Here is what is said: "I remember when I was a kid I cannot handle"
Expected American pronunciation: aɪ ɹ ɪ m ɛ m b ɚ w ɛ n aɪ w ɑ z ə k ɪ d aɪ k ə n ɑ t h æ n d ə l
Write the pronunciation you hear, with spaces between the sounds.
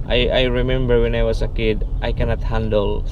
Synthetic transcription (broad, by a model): aɪ ɹ ɪ m ɛ m b ɚ w ɛ n aɪ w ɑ s ə k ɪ d aɪ k ə n ɑ t h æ n d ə l